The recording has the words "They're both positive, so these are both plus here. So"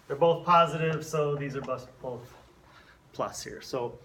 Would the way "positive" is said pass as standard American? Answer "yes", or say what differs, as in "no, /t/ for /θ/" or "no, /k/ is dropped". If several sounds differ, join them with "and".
yes